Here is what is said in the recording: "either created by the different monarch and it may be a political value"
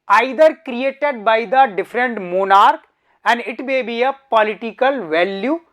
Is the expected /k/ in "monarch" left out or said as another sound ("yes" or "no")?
no